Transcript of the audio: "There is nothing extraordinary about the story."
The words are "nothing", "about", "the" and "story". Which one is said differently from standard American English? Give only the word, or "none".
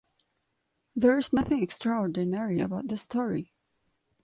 none